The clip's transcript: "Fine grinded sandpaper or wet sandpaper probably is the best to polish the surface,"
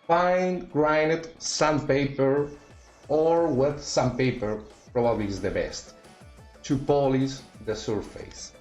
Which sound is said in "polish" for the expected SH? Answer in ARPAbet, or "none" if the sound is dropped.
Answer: S